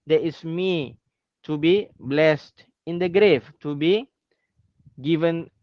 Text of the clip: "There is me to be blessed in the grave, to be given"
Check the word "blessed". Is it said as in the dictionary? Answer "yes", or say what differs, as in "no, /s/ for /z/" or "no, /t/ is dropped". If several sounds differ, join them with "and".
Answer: yes